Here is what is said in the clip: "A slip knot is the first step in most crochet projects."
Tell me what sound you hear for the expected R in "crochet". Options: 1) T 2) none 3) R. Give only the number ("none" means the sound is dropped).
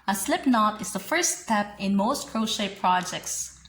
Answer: 3